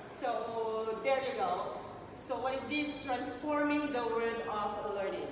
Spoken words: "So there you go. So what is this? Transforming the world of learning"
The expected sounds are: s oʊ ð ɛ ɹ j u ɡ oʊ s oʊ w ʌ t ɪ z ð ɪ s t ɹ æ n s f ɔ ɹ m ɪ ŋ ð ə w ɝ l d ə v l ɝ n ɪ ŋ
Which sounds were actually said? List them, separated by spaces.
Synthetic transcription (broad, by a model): s oʊ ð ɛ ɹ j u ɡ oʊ s oʊ w ʌ t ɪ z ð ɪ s t ɹ æ n s f ɔ ɹ m ɪ ŋ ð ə w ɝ d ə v l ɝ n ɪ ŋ